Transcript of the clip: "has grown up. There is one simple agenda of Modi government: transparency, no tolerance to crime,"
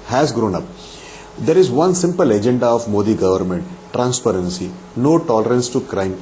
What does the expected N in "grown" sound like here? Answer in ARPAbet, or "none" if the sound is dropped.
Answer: N